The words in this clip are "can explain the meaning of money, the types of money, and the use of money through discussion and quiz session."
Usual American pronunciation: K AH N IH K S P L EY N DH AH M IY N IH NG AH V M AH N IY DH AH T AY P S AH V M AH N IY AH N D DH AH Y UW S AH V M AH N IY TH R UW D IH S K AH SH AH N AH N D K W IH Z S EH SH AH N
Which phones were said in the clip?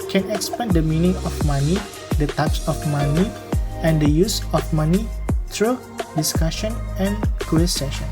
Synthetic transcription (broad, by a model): K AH N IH K S P EY N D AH M IY N IH NG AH F M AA N IY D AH T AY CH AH F M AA N IY AH N D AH Y UW S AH F M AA N IY T R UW D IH S K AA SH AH N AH N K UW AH S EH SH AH N